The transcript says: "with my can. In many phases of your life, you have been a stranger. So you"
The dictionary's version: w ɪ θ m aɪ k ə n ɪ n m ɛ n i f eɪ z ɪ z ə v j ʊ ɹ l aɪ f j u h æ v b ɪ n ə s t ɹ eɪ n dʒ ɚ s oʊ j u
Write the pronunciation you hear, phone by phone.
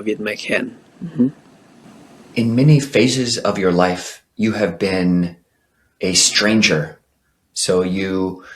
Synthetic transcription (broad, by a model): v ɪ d m aɪ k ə n ɪ n m ɛ n i f eɪ z ɪ z ə v j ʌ ɹ l aɪ f j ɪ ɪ v b ɪ n ə s t ɹ eɪ n dʒ ɚ s oʊ j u